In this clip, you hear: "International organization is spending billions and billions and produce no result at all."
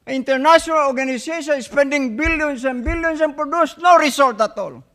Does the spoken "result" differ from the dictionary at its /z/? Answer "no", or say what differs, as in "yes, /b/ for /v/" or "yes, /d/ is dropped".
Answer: yes, /s/ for /z/